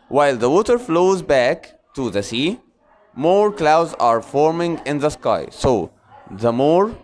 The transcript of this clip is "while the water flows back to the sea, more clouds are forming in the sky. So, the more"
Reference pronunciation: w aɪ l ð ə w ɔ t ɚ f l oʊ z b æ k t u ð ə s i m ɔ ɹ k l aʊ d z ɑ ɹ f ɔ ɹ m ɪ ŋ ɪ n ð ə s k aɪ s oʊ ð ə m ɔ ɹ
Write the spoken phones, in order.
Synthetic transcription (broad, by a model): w aɪ l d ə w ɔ t ɚ f l oʊ z b æ k t u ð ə s i m ɔ ɹ k l aʊ d z ɑ ɹ f ɔ ɹ m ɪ ŋ ɪ n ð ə s k aɪ s oʊ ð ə m ɔ ɹ